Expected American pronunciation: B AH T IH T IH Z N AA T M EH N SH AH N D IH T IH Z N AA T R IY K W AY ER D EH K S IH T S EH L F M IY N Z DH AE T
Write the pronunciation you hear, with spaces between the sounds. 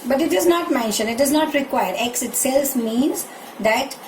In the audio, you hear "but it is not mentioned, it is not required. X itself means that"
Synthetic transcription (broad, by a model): B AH T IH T IH Z N AA T M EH N SH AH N IH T IH Z N AA T R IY K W AY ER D EH K S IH T S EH L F M IY N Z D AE T